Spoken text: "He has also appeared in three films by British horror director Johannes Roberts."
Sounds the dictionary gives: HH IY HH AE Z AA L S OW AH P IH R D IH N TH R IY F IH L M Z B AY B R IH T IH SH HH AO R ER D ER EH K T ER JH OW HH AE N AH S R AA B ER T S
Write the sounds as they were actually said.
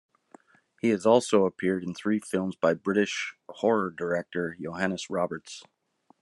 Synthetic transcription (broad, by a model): HH IY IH Z AA L S OW AH P IH R D IH N TH R IY F IH L M Z B AY B R IH T IH SH HH AO R ER D ER EH K T ER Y OW HH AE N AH S R AA B ER T S